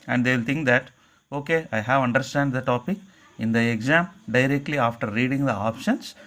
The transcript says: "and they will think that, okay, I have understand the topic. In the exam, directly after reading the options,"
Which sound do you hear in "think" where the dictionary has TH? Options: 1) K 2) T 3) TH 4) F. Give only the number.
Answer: 2